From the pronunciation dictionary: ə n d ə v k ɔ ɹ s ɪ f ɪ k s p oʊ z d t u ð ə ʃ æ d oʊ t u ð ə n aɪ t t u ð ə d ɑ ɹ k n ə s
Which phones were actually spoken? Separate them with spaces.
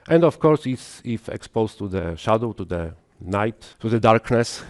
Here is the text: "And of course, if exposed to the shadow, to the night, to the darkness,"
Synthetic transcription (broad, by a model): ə n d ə f k ɔ ɹ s ɪ f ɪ k s p oʊ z t u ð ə ʃ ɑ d oʊ t u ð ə n aɪ t t u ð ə d ɑ ɹ k n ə s